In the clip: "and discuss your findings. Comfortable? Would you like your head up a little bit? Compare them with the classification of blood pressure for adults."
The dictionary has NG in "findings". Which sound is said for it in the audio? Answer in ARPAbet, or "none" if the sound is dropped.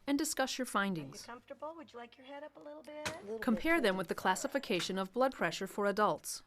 NG